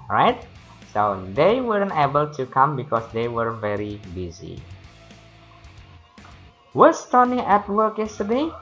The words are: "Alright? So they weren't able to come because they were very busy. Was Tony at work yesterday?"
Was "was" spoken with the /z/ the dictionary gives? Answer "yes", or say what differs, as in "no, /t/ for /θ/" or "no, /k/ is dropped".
no, /s/ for /z/